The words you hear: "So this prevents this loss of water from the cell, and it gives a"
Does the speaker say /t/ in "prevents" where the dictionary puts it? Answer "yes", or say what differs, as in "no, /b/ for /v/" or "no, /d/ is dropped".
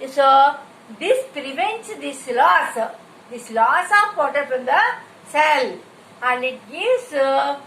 no, /s/ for /t/